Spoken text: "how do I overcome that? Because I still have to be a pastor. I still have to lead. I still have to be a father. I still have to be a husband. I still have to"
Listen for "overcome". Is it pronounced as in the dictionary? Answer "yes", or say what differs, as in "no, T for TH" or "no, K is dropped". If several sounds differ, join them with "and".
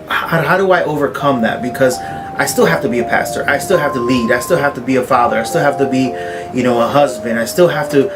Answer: yes